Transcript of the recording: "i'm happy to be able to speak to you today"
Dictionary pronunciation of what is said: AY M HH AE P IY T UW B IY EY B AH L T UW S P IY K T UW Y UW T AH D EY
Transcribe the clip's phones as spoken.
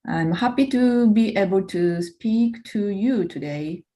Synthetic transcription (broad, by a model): AY M HH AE P IY T UW B IY EY B AH L T UW S P IY K T UW Y UW T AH D EY